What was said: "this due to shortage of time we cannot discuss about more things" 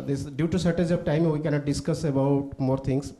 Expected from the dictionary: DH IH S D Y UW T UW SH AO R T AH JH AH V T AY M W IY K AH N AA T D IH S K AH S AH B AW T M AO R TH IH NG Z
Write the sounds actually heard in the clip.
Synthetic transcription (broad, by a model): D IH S D Y UW T UW S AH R T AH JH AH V T AY M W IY K AH N AA T D IH S K AH S AH B AW T M AO R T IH NG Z